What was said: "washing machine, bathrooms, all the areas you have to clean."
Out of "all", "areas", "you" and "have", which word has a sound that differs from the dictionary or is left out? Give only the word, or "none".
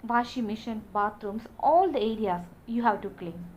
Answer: areas